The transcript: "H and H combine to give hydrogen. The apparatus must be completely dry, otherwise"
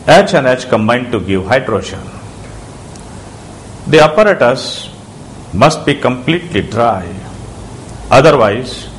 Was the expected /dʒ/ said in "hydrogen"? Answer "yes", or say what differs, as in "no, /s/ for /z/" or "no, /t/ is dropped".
no, /ʃ/ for /dʒ/